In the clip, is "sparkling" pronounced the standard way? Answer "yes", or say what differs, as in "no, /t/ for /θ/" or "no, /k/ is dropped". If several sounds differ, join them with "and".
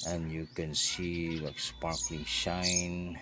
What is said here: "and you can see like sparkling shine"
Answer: yes